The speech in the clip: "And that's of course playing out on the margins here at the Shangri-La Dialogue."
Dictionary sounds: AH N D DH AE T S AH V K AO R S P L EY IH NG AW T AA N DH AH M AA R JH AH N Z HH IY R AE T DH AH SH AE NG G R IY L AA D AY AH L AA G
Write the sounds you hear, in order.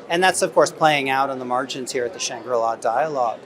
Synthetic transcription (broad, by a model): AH N DH AE T S AH V K AO R S P L EY IH NG AW T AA N DH AH M AA R JH AH N Z HH IY R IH T DH AH SH AE NG G R IY L AA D AY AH L AA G